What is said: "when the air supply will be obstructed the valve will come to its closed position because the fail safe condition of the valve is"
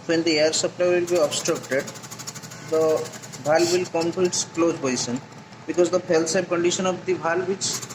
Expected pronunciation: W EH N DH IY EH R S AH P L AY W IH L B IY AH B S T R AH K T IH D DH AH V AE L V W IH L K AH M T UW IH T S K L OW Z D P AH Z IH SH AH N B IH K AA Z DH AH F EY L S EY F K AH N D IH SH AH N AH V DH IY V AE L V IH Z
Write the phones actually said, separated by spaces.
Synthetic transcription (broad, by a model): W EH N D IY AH R S AH P L AY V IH L B IY AH B S T R AH K T IH D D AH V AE L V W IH L K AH M T UW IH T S K L OW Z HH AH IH S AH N B IH K AA Z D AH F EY L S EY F K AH N D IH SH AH N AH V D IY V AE L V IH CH